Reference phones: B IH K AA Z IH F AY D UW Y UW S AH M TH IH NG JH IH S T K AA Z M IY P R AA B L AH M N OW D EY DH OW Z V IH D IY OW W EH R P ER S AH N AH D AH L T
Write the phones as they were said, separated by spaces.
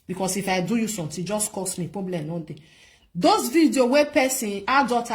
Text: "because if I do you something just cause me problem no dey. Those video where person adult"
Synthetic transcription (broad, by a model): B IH K AA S IH F AY D UW Y UW S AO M T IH JH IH S K AA S M IY P R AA B L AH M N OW D EY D OW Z V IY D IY OW W EH P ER S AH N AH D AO T